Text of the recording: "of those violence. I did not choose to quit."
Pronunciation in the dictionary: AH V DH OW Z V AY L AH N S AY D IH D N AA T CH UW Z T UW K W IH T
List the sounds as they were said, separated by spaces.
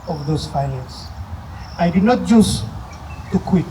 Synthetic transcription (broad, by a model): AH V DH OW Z F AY N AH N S AY D IH D N AA T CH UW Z T UW K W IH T